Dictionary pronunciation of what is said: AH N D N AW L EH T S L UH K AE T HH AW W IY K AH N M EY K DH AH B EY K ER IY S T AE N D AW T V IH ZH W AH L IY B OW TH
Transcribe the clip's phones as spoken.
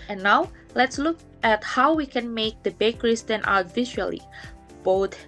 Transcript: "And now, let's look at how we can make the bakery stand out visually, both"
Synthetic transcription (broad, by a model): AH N N AW L EH T S L UH K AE T HH AW W IY K AH N M EY K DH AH B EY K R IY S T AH N AW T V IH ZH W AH L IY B OW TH